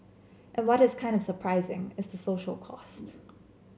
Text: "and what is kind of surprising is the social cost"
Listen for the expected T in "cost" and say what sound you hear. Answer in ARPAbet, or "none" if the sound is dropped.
T